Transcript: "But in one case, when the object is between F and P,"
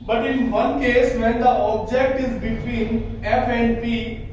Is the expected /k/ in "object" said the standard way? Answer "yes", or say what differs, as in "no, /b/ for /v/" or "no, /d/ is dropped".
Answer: yes